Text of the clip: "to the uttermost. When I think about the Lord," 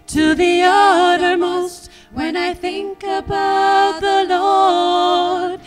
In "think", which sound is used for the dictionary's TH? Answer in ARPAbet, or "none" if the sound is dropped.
TH